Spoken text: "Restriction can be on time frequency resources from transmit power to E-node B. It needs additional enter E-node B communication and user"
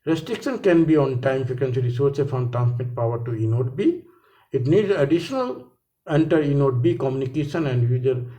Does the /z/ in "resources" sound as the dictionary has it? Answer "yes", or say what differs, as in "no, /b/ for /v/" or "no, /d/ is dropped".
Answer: no, /z/ is dropped